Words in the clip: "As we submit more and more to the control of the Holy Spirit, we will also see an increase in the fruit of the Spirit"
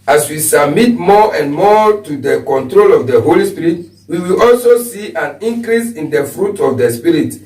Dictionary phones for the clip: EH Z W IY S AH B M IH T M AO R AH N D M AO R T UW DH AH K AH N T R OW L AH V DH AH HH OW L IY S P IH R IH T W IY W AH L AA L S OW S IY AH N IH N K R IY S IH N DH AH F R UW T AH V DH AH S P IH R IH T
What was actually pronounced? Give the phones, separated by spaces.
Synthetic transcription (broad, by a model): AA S W IY S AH B M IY T M AO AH N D M AO T UW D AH K AH N T R OW L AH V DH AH HH OW L IY S P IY R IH T W IY W AH L AA L S OW S IY AH N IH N K R IY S IH N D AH F R UW T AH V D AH S P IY R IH T